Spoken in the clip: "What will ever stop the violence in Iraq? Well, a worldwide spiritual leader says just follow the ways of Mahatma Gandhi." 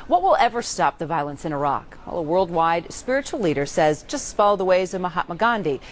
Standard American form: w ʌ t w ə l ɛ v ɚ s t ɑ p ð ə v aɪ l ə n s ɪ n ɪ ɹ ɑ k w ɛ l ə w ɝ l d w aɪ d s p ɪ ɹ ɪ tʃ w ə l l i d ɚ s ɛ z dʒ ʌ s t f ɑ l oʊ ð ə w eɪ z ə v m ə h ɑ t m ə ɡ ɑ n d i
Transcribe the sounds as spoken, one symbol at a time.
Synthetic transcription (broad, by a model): w ʌ t w ə l ɛ v ɚ s t ɑ p ð ə v aɪ l ə n s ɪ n ɪ ɹ ɑ k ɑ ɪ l ə w ɝ l d w aɪ d s p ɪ ɹ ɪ tʃ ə l l i d ɚ s ɛ z dʒ ʌ s t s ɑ l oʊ ð ə w eɪ z ə v m ə h ɑ t m ə ɡ ɑ n d i